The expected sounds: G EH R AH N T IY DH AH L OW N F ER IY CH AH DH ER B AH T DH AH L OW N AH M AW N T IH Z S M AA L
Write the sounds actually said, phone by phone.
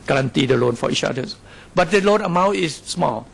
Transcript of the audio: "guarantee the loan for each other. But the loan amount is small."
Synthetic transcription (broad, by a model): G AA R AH N T IY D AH L OW N F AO IY CH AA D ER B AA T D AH L OW N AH M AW T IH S M AA L